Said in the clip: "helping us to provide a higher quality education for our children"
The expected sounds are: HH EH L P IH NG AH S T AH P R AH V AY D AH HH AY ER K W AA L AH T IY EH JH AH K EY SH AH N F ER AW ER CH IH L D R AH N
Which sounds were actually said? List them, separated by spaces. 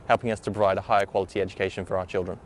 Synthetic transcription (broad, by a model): HH EH L P IH NG AH S T AH B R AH IH D AH HH AY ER K W AA L AH T IY EH JH AH K EY SH AH N F ER AW ER CH IH L D R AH N